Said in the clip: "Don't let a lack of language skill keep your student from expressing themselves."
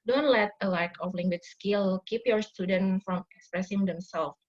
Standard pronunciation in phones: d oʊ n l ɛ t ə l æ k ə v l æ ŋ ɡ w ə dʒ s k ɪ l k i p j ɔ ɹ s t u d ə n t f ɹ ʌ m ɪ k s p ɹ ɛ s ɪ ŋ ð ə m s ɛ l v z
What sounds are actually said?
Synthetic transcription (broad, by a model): d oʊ n l ɛ t ə l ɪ k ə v l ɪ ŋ ɡ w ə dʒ s k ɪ l k i p j ɔ ɹ s t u d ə n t f ɹ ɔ m ɪ k s p ɹ ɛ s ɪ ŋ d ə m s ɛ l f